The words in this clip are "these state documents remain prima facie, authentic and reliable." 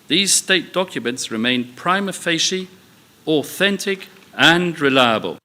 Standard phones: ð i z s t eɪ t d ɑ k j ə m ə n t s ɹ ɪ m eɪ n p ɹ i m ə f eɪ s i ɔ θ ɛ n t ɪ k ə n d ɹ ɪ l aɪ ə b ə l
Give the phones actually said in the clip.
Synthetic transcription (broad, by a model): ð i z s t eɪ t d ɑ k j ə m ə n t s ɹ ɪ m eɪ n p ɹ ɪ m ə f eɪ ʃ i ɔ θ ɛ n t ɪ k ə n ɹ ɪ l aɪ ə b ə l